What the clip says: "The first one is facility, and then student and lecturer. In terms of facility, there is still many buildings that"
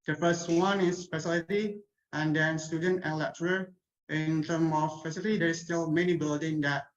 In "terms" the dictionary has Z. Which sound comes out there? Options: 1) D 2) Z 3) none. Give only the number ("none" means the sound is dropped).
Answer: 3